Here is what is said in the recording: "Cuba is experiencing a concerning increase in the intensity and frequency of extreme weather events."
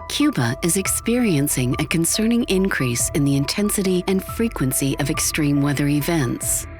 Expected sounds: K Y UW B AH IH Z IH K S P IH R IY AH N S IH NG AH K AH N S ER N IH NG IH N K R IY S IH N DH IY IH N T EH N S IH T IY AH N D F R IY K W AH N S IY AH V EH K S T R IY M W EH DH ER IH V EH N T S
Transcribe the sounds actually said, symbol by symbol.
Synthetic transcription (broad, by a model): K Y UW B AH IH Z IH K S P IH R IY AH N S IH NG AH K AH N S ER N IH NG IH N K R IY S IH N DH IY IH N T EH N S IH T IY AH N F R IY K W AH N S IY AH V EH K S T R IY M W EH DH ER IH V EH N T S